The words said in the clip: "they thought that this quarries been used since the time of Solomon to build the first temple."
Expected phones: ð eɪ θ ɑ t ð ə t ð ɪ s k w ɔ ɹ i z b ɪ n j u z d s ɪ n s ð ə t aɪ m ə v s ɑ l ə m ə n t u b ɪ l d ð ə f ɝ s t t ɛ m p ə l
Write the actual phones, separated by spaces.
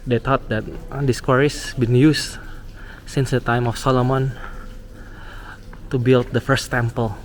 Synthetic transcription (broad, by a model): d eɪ t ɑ t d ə t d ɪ s k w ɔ ɹ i s b ɪ n j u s s ɪ n s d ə t aɪ m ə f s ɑ l ə m ə n t u b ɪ l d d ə f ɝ s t t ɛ m p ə l